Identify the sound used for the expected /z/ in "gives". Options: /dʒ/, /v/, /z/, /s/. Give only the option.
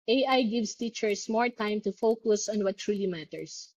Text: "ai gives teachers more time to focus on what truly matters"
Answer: /s/